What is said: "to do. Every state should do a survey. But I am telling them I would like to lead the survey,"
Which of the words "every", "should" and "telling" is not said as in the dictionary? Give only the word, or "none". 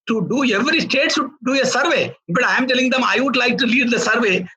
should